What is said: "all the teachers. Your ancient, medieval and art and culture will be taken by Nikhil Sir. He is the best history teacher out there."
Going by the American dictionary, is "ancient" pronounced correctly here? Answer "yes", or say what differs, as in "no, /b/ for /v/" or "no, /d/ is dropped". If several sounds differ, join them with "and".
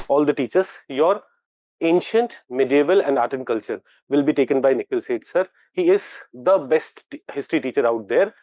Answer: yes